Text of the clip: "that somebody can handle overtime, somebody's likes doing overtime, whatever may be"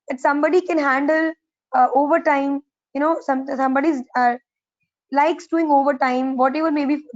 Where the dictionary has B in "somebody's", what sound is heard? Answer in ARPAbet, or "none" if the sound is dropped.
B